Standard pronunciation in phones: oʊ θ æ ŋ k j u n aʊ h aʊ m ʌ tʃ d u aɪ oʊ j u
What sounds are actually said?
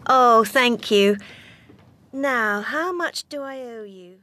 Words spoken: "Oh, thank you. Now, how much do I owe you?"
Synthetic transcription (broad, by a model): oʊ θ æ ŋ k j u n aʊ h aʊ m ʌ tʃ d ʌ aɪ oʊ j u